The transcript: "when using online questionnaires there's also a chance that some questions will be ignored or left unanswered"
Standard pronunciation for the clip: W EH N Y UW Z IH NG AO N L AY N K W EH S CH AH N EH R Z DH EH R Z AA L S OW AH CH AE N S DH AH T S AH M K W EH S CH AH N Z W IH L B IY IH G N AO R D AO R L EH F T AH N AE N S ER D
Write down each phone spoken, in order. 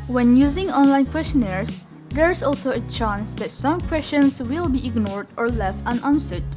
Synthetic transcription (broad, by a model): W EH N Y UW Z IH NG AO N L AY N K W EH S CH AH N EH R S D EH R S AA L S OW AH CH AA N S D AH T S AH M K W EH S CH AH N S W IH L B IY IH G N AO R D AO R L EH F T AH N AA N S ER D